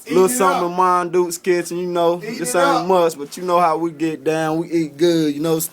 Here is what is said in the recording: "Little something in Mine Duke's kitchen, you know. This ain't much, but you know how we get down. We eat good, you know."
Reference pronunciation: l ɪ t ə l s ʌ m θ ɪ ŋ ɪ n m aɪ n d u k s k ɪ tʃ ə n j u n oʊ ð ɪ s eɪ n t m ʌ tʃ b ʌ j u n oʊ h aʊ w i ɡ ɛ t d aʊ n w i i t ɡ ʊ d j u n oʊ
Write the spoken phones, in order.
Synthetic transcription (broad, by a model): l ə s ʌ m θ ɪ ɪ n m aɪ n d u s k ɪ s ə n j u n oʊ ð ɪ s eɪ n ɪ m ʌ s b ʌ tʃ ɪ n oʊ h aʊ w i ɡ ɛ t d aʊ n w i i t ɡ ʊ d j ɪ n oʊ